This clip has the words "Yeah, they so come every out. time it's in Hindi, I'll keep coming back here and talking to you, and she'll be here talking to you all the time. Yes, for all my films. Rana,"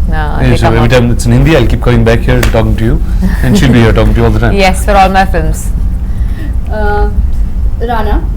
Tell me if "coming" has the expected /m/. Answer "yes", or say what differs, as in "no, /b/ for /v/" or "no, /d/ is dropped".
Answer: no, /m/ is dropped